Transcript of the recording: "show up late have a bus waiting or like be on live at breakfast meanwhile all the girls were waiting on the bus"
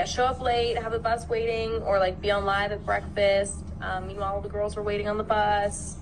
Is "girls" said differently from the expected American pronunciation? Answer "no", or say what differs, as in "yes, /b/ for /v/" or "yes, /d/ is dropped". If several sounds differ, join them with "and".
no